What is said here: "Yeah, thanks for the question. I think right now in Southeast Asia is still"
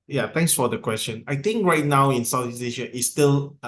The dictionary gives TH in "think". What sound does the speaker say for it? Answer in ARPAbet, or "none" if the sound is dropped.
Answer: T